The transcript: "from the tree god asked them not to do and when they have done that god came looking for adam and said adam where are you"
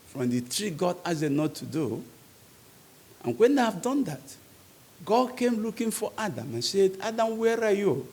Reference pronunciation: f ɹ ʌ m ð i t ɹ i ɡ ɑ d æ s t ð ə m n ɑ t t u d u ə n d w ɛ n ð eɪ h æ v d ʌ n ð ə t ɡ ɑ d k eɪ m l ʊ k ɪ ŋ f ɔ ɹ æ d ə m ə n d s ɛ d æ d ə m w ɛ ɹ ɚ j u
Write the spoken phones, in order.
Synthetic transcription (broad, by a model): f ɹ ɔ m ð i t ɹ i ɡ ɑ d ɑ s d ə n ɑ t t u d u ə n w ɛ n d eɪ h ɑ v d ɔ n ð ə t ɡ ɑ d k eɪ m l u k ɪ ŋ f ɔ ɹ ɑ d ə m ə n s ɛ d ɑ d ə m w ɛ ɹ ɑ j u